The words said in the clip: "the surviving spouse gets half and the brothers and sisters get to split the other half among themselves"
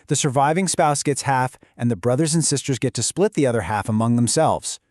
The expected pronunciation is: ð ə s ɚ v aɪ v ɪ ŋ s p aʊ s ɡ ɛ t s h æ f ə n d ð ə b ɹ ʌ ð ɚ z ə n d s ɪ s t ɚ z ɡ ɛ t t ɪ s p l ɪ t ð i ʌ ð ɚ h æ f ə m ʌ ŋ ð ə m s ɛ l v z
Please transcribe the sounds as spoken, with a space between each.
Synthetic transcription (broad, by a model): ð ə s ɚ v aɪ v ɪ ŋ s p aʊ s ɡ ɛ t s h æ f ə n ð ə b ɹ ʌ ð ɚ z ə n s ɪ s t ɚ z ɡ ɛ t t ɪ s p l ɪ t ð i ʌ ð ɚ h æ f ə m ʌ ŋ ð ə m s ɛ l v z